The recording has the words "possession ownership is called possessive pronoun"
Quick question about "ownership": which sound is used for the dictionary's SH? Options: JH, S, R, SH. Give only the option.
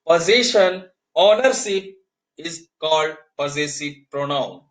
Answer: S